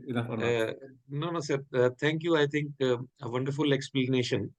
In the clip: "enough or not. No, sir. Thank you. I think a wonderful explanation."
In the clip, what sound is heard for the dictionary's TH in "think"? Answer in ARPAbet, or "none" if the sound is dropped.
T